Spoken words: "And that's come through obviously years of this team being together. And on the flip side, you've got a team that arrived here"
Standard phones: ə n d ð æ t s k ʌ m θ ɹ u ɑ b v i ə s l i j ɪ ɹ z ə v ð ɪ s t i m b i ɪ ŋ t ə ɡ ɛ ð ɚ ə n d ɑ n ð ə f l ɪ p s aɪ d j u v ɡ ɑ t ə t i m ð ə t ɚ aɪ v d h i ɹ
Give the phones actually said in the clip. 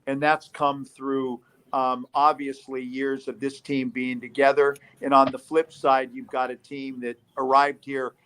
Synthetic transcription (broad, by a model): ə n ð æ t s k ʌ m θ ɹ u ɑ b v i ə s l i j ɪ ɹ z ə v ð ɪ s t i m b i ɪ ŋ t ə ɡ ɛ ð ɚ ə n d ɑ n ð ə f l ɪ p s aɪ d j u v ɡ ɑ t ə t i m ð ə t ɚ aɪ v d h i ɹ